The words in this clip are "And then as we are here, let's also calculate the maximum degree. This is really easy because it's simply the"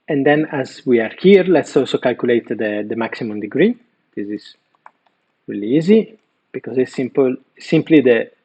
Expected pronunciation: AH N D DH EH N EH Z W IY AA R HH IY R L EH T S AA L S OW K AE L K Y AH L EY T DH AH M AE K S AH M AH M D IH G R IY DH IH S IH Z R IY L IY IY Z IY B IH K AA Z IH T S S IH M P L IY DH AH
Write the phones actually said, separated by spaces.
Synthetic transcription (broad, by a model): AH N D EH N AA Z W IY AA R HH IY R L EH T S AA L S OW K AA L K Y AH L EY T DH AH M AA K S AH M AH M D IH G R IY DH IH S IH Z R IY L IY IY Z IY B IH K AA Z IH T S S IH M P L IY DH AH